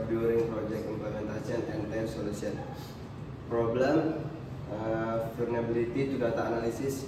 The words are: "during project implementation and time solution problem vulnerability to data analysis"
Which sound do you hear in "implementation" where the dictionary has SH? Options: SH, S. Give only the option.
S